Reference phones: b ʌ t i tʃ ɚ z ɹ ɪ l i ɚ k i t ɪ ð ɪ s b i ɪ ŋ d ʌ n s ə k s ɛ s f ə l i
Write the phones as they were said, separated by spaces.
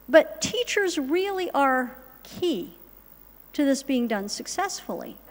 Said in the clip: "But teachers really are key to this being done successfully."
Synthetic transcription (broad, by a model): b ʌ t i tʃ ɚ z ɹ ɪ l i ɚ k i t ɪ ð ɪ s b i ɪ ŋ d ʌ n s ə k s ɛ s f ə l i